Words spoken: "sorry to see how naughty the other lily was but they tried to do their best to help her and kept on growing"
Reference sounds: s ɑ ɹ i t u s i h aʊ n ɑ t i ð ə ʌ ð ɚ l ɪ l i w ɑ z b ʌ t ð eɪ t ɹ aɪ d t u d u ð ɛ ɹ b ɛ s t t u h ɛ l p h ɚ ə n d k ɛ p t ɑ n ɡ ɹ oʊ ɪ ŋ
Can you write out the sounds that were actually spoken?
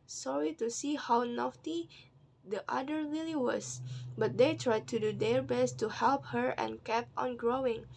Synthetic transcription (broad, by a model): s ɑ ɹ i t u s i h aʊ n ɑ t i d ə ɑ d ɚ l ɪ l i w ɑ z b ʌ t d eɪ t ɹ aɪ d t u d u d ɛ ɹ b ɛ s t t u h ɛ l p h ɚ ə n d k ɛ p ɑ n ɡ ɹ oʊ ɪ ŋ